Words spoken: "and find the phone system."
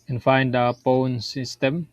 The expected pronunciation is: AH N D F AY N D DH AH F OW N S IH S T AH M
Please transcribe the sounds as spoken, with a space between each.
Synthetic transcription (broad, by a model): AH N F AY N D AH P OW N S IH S T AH M